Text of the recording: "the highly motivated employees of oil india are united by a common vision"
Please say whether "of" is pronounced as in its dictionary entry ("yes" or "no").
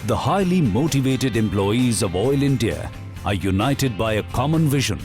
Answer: yes